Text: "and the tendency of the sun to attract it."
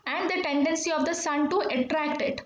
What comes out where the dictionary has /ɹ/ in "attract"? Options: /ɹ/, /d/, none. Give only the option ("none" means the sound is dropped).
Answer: /ɹ/